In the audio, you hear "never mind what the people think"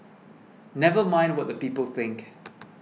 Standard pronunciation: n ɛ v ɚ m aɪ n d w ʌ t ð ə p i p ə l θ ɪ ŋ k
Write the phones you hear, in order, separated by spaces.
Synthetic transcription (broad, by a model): n ɛ v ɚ m aɪ n d w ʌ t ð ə p i p ə l θ ɪ ŋ k